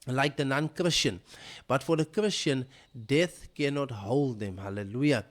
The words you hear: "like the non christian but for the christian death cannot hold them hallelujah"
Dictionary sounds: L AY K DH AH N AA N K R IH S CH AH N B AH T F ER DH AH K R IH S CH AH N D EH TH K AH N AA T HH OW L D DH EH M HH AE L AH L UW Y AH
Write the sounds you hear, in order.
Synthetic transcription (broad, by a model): L AY K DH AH N AA N K R IH S CH AH N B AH T F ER DH AH K R IH S CH AH N D EH TH K AH N AA T HH OW L D DH EH M HH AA L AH L UW Y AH